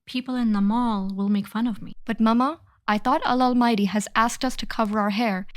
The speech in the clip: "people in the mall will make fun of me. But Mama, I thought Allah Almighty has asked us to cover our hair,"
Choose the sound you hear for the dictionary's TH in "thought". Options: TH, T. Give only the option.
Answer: TH